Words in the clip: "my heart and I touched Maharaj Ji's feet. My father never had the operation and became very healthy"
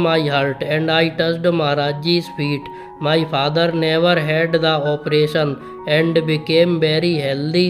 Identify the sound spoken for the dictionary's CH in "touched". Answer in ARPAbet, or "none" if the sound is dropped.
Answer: S